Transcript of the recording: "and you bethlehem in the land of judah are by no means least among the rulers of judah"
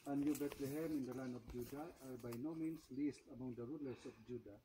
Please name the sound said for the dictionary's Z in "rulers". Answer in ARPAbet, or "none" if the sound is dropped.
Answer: S